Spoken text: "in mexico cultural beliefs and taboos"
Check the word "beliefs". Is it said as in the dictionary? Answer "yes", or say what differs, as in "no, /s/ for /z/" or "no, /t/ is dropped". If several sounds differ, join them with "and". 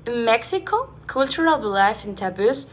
no, /s/ is dropped